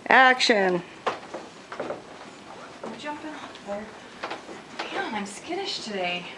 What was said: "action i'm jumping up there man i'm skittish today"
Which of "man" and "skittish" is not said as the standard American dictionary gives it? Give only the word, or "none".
man